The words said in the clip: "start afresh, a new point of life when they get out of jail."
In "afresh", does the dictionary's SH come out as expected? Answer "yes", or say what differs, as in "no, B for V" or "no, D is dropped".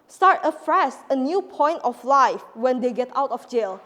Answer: no, S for SH